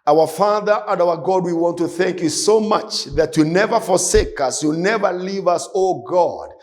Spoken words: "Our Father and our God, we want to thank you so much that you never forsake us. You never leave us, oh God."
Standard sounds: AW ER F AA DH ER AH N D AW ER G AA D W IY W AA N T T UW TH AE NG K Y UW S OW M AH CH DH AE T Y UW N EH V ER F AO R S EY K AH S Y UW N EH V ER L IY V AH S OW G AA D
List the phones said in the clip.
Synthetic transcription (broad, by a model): AW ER F AA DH ER AH N D AW ER G AA D W IY W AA N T T UW TH AE NG K Y UW S OW M AH CH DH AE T Y UW N EH V ER F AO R S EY K AH S Y UW N EH V ER L IY V AH S OW G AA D